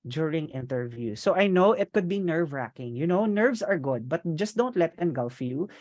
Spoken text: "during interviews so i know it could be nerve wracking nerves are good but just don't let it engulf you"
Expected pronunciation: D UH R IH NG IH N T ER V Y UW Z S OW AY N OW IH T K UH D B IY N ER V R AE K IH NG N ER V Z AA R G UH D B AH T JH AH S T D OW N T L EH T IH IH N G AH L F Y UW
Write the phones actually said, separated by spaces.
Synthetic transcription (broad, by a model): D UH R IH NG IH N T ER V Y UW S OW AY N OW IH T K UH D B IY N ER V R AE K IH NG N ER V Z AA R G UH D B AH T JH AH S T D OW N T L EH T IH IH N G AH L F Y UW